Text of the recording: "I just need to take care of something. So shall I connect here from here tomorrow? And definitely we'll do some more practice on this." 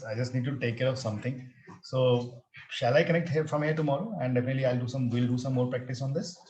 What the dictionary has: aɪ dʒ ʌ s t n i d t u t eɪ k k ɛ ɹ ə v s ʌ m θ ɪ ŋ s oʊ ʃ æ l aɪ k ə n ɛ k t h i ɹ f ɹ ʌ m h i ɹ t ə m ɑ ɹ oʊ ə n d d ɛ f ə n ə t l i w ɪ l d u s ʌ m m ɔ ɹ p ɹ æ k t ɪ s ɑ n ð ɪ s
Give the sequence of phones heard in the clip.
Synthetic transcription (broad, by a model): aɪ dʒ ʌ s t n i d t u t eɪ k k ɛ ɹ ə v s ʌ m t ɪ ŋ s oʊ ʃ æ l aɪ k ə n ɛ k t h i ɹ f ɹ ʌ m h i ɹ t ə m ɑ ɹ oʊ ə n d d ɛ f ə n ə t l i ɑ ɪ l d u s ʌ m m ɔ ɹ p ɹ æ k t ɪ s ɑ n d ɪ s